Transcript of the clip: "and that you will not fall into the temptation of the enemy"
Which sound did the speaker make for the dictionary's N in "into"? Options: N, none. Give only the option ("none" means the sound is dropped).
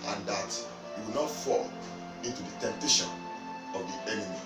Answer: N